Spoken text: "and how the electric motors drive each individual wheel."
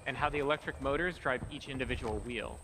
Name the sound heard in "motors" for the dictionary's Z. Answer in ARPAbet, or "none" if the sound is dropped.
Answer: Z